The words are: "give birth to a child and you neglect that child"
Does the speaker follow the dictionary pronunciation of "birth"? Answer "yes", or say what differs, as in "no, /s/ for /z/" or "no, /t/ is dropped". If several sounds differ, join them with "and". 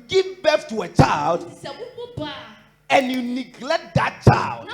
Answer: no, /f/ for /θ/